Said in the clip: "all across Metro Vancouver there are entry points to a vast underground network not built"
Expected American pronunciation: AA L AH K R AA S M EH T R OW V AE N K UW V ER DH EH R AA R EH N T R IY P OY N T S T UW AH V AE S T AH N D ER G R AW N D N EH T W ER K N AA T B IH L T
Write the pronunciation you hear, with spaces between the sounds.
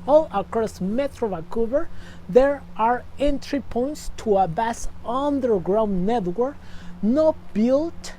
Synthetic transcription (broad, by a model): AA L AH K R AA S M EH T R OW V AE K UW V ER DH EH R AA R EH N T R IY P OY N T S T UW AH B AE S AH N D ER G R AW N N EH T W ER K N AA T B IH L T